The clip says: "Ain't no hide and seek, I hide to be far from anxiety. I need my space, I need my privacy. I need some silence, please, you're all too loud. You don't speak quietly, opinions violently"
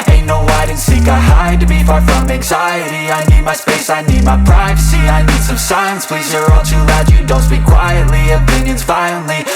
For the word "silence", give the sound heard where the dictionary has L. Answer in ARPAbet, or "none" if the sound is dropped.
none